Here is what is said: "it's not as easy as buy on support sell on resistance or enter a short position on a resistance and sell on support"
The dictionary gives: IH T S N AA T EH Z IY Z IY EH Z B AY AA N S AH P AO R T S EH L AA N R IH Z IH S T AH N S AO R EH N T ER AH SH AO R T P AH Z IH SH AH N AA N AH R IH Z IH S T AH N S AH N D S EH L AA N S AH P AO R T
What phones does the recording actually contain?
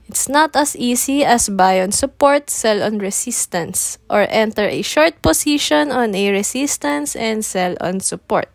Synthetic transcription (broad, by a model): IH T S N AA T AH S IY S IY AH S B AY AA N S AH P AO R T S EH L AA N R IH S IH S T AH N S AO R EH N T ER AH SH AO R T P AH S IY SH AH N AA N AH R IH S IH S T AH N S AH N D S EH L AA N S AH P AO R T